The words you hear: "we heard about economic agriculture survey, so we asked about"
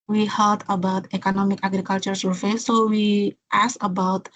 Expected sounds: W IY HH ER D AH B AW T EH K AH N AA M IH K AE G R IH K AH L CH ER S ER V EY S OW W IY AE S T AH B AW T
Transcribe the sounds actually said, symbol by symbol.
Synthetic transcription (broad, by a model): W IY HH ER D AH B AW T EH K AH N AA M IH K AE G R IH K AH L CH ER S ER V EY S OW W IY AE S AH B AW T